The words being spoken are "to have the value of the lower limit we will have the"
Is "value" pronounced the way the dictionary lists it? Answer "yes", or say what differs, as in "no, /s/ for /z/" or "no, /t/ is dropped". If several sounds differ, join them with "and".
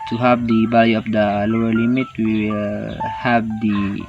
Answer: no, /b/ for /v/